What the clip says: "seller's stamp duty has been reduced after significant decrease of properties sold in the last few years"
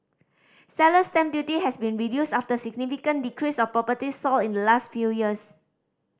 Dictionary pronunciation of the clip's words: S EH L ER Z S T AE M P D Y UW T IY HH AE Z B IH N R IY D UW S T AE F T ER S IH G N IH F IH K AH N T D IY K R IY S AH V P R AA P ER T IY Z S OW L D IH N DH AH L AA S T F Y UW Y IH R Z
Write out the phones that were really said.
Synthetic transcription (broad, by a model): S EH L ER S T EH M D Y UW T IY HH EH S B IH N R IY D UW S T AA F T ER S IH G N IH F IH K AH N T D IY K R IY S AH F P R AA P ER T IY S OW L IH N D AH L AA S T F Y UW Y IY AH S